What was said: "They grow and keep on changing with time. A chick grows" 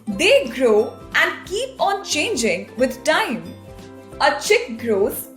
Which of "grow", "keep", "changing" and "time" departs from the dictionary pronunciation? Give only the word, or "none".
none